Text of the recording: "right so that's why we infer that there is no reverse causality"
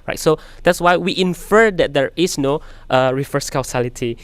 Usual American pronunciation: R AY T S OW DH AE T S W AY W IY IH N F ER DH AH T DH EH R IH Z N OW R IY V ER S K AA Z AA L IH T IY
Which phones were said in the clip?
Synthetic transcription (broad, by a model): R AY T S OW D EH T S W AY W IY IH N F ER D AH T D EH R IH S N OW R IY F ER S K AA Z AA L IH T IY